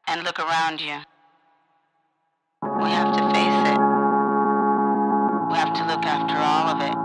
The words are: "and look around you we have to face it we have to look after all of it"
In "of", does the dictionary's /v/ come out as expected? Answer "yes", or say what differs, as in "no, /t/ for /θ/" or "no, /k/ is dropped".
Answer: yes